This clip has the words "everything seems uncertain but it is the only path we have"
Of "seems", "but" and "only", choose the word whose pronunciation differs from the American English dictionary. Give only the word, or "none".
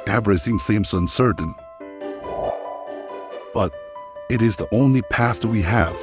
seems